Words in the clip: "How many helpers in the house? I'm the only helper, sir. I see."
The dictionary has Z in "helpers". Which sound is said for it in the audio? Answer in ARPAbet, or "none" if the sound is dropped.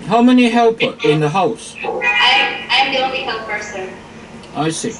none